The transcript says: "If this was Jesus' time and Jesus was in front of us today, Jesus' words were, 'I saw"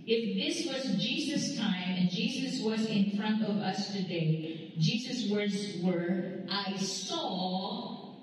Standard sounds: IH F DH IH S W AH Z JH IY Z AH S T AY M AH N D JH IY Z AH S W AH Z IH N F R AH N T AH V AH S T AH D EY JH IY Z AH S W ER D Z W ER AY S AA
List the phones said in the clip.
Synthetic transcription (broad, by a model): IH F DH IH S W AH Z JH IY Z AH S T AY M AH N JH IY Z AH S W AH Z IH N F R AH N T AH V AH S T AH D EY JH IY Z AH S W ER D Z W ER AY S AA